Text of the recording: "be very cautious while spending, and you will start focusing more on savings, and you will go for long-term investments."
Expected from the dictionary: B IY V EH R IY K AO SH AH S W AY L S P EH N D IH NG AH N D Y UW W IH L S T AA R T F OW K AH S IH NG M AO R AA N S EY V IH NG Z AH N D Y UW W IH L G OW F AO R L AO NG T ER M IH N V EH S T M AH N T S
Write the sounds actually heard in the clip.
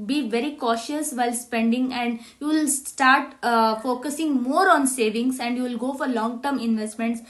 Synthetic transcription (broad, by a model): B IY V EH R IY K AO SH AH S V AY L S P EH N D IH NG AH N D Y UW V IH L S T AA R T F OW K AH S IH NG M AO R AA N S EY V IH NG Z AH N D Y UW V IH L G OW F AO R L AO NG T ER M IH N V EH S T M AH N T S